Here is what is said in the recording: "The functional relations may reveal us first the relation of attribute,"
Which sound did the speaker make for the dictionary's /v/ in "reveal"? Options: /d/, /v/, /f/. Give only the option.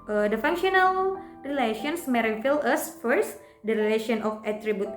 /f/